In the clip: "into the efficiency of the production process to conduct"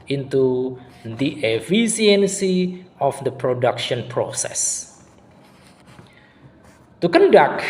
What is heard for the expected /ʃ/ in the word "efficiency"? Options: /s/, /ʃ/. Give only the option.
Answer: /s/